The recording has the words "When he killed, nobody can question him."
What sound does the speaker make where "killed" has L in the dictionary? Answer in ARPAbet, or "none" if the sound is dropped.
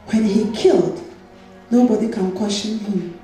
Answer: L